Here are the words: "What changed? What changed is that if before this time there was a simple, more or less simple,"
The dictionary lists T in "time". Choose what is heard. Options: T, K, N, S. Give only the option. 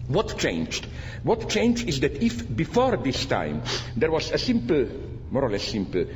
T